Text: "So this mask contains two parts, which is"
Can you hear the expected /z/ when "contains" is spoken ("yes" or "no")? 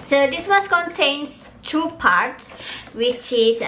no